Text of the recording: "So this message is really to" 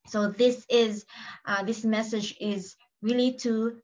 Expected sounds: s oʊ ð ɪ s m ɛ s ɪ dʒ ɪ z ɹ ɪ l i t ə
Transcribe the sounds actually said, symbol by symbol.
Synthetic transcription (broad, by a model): s oʊ ð ɪ s m ɛ s ɪ dʒ ɪ z ɹ ɪ l i t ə